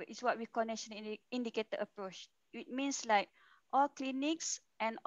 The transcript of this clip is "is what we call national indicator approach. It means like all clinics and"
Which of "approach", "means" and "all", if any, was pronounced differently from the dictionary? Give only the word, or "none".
means